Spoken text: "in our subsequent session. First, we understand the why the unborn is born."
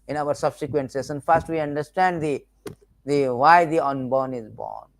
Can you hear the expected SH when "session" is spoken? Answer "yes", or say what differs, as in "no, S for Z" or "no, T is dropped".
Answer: no, S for SH